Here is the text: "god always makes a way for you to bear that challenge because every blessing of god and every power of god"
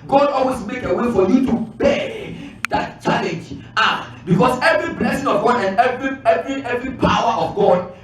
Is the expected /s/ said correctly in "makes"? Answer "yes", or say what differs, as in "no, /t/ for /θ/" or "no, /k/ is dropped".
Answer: no, /s/ is dropped